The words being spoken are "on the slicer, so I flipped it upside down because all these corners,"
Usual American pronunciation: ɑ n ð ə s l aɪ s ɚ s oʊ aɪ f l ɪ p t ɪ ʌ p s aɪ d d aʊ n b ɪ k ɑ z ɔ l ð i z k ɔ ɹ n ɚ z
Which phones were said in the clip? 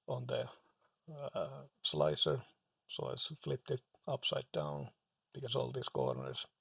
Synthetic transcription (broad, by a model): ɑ n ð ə s l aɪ s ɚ s oʊ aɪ f l ɪ p t ɪ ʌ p s aɪ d d aʊ n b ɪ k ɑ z ɔ l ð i s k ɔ ɹ n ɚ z